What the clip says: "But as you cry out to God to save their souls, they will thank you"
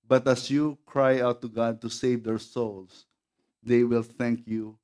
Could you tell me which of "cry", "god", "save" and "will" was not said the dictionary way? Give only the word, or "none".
none